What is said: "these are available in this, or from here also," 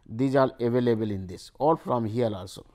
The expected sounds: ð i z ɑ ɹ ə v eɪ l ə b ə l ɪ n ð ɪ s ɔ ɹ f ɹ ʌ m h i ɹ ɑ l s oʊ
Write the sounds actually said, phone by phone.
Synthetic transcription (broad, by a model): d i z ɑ l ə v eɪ l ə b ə l ɪ n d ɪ s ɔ l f ɹ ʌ m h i l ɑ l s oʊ